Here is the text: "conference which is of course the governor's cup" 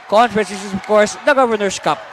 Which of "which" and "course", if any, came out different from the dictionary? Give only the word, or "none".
which